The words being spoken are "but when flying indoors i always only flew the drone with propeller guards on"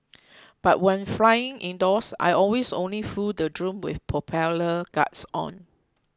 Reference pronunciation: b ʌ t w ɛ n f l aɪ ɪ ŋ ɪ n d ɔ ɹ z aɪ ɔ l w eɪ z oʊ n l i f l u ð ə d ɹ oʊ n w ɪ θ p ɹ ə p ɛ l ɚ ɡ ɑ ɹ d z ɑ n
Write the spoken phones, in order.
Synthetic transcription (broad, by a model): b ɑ t w ɛ n f l aɪ ɪ ŋ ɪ n d ɔ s aɪ ɔ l w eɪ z oʊ n l i f u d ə d ɹ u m w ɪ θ p ə p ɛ l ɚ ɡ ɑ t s ɑ n